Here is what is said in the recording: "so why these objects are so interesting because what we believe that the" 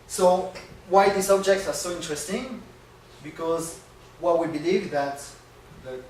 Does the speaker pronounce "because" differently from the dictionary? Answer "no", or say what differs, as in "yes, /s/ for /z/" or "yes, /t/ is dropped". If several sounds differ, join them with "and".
no